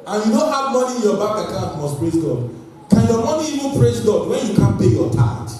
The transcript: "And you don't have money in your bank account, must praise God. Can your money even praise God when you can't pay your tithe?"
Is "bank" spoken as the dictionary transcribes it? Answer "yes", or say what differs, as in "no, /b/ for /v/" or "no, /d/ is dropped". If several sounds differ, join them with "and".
no, /ŋ/ is dropped